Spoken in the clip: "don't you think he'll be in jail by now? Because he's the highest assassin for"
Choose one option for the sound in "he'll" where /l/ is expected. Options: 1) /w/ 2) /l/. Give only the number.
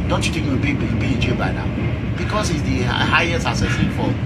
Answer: 1